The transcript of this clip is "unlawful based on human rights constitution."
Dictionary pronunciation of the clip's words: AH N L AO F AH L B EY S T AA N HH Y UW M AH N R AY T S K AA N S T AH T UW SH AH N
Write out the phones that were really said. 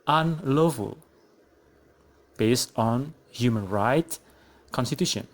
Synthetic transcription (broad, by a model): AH N L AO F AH L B EY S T AA N HH Y UW M AH N R AY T K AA N S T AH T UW SH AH N